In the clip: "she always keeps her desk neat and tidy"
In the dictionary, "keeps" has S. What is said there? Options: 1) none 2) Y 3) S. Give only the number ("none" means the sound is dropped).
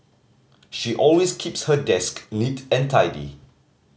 3